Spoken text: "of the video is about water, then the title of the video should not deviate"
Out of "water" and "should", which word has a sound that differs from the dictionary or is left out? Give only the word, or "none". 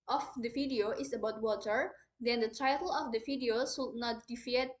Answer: should